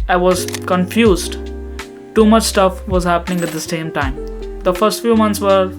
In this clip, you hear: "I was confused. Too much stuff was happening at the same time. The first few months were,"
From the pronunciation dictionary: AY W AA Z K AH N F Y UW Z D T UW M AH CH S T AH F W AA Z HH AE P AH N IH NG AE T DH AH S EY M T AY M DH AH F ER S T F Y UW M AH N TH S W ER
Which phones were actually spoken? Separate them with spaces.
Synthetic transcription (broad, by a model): AY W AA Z K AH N F Y UW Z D T UW M AH CH S T AH F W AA Z HH AE P AH N IH NG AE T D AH S EY M T AY M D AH F ER S T F Y UW M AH N T S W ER